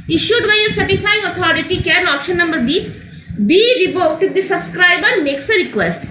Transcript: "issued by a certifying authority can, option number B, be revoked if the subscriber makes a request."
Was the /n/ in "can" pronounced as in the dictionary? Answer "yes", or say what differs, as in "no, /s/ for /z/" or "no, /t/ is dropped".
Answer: no, /l/ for /n/